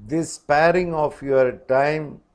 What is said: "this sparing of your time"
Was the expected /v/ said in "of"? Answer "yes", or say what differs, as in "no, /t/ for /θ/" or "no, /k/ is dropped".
no, /f/ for /v/